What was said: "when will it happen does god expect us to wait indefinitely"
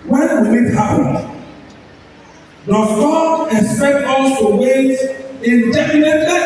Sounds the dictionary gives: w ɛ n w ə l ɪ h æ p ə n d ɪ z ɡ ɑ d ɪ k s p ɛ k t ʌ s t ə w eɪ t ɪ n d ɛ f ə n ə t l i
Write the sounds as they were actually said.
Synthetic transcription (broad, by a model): w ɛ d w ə w ɪ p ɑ ə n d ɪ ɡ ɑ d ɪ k s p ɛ k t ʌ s t ə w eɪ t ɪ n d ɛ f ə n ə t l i